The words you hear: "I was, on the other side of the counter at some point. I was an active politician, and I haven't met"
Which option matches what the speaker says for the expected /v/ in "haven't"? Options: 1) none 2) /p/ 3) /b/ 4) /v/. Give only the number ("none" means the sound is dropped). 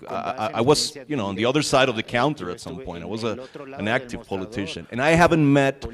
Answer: 4